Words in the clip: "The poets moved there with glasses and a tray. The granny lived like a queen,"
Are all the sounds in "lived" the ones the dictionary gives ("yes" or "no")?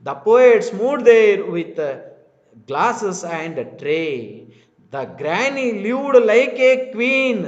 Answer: no